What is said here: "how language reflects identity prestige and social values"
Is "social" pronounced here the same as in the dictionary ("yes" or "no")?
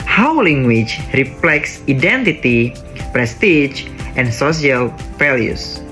no